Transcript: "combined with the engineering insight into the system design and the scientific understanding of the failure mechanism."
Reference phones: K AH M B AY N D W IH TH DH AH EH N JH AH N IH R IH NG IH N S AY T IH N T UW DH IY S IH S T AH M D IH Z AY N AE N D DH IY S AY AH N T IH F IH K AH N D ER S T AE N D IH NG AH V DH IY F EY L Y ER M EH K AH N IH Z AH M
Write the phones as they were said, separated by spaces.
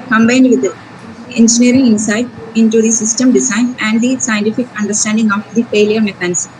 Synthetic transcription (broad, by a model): K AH M B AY N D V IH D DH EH N JH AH N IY R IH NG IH N S AY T IH N T UW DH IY S IH S T AH M D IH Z AY N AE N D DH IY S AY AH N T IH F IH K AH N D ER S T AE N D IH NG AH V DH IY F EY L Y ER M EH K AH N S